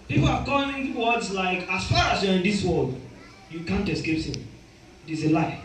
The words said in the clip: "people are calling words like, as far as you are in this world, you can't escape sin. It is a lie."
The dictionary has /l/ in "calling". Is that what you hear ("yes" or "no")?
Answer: no